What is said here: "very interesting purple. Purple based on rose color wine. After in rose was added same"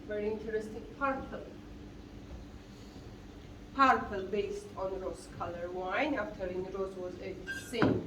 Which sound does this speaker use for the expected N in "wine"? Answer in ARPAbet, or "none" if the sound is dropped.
N